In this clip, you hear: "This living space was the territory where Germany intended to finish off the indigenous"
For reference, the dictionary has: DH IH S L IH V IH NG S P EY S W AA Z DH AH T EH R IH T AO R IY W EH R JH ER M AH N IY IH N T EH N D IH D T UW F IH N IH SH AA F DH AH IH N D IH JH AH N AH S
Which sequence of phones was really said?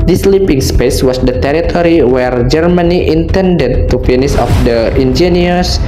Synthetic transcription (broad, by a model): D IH S L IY P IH NG S P EY S W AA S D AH T EH R IH T AO R IY W EH R JH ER M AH N IY IH N T EH N D IH D T UW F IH N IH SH AA F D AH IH N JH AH N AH S